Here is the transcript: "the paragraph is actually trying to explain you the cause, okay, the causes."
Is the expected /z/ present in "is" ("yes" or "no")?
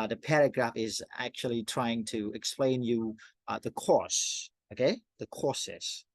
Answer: yes